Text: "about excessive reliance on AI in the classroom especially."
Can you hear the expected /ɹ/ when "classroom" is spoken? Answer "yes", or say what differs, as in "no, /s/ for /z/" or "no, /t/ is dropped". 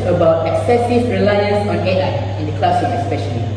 no, /ɹ/ is dropped